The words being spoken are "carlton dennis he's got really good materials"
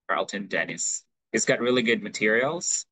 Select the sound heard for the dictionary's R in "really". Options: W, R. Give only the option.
R